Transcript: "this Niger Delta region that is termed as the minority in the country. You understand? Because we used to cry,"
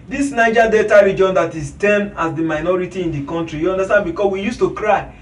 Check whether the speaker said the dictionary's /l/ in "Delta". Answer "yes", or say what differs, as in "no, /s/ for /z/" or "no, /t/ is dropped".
no, /l/ is dropped